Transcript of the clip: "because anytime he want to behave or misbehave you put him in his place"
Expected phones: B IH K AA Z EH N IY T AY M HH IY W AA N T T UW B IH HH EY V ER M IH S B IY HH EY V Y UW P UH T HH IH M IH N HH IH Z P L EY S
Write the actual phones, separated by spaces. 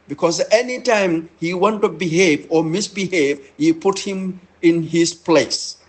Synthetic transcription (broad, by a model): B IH K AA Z EH N IY T AY M HH IY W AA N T T UW B IH HH EY V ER M IH S B IY HH EY V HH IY P UH T HH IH M IH N HH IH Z P L EY S